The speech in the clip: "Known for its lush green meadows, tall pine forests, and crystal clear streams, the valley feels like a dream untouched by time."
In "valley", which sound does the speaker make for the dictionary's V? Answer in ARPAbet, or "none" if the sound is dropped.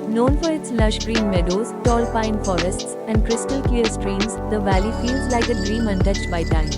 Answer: V